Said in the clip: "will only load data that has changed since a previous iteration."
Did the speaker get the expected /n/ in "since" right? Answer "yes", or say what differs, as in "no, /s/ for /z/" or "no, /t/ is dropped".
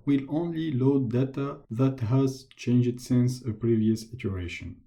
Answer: yes